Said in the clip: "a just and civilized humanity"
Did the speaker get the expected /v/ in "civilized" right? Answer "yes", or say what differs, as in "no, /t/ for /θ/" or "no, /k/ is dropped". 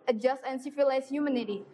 no, /f/ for /v/